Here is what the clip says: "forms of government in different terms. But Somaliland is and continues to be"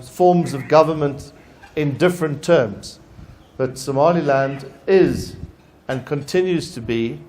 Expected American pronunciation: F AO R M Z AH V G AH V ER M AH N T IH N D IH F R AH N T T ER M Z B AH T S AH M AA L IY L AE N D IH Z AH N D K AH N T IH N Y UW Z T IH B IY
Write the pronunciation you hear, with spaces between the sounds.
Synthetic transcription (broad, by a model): F AO R M Z AH V G AH V ER M AH N T IH N D IH F R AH N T T ER M Z B AH T S AH M AA L IY L AE N D IH Z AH N K AH N T IH N Y UW Z T IH B IY